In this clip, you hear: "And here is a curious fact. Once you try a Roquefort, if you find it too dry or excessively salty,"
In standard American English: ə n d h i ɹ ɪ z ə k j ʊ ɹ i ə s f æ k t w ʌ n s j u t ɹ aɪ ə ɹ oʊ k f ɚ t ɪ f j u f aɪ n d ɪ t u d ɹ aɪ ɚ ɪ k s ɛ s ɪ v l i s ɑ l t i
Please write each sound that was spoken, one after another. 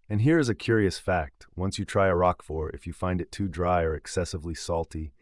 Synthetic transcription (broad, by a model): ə n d h i ɹ ɪ z ə k j ʊ ɹ i ə s f æ k t w ʌ n s j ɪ t ɹ aɪ ə ɹ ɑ k f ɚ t ɪ f j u f aɪ n d ɪ t u d ɹ aɪ ɚ ɪ k s ɛ s ɪ v l i s ɑ l t i